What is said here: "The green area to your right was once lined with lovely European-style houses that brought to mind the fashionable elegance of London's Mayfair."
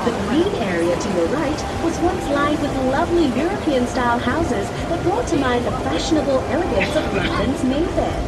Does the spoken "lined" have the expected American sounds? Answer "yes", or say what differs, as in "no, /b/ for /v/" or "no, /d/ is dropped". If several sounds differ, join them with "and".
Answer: no, /n/ is dropped